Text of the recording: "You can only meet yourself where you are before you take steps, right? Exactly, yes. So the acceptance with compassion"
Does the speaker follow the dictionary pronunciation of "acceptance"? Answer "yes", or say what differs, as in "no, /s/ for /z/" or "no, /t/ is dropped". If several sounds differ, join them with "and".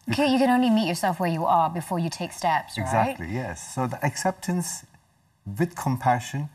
yes